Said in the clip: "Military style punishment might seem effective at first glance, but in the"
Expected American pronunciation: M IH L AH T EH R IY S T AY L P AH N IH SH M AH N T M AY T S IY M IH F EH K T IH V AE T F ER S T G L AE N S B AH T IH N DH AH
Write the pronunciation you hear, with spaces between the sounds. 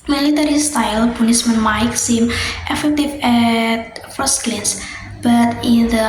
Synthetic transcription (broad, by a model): M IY L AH T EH R IY S T AY L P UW N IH S M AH N M AY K S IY M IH F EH K T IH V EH T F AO S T L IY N S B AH T IH N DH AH